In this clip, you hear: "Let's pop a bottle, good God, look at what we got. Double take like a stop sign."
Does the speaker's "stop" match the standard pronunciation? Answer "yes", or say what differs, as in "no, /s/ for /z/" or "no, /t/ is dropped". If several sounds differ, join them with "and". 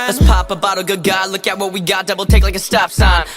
no, /f/ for /p/